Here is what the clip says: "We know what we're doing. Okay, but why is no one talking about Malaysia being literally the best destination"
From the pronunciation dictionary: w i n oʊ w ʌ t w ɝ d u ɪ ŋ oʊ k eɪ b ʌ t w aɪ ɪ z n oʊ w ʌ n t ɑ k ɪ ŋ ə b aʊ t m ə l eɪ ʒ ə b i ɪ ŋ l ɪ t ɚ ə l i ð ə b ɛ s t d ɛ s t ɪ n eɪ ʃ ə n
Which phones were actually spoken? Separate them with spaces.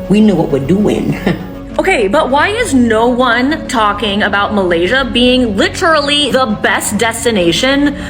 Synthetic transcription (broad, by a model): w i n oʊ w ʌ t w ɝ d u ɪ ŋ oʊ k eɪ b ʌ t w aɪ ɪ z n oʊ w ʌ n t ɑ k ɪ ŋ ə b aʊ t m ə l eɪ ʒ ə b i ɪ ŋ l ɪ t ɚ l i ð ə b ɛ s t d ɛ s t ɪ n eɪ ʃ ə n